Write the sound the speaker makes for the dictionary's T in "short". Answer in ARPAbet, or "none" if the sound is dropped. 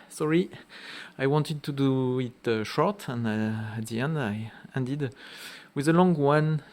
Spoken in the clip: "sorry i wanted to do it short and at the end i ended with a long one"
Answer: T